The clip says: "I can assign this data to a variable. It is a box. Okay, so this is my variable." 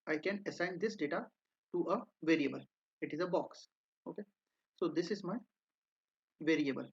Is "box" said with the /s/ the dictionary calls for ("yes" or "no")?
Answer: yes